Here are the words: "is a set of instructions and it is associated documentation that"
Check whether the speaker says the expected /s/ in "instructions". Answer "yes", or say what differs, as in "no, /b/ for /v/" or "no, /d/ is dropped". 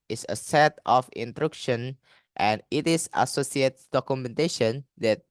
no, /s/ is dropped